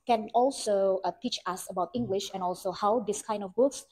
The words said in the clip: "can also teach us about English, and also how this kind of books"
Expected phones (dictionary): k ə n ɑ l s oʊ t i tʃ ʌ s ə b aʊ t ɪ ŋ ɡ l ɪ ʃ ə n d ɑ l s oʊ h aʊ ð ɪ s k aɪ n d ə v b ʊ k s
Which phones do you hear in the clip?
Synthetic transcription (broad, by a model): k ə n ɑ l s oʊ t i tʃ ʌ s ə b aʊ t ɪ ŋ ɡ l ɪ ʃ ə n ɑ l s oʊ h aʊ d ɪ s k aɪ n d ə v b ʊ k s